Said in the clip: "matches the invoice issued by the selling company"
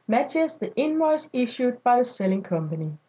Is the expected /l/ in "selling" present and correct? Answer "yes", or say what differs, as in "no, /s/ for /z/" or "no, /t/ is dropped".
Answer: yes